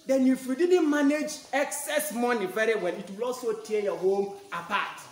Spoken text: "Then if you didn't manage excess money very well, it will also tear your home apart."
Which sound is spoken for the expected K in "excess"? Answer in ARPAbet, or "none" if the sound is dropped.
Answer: K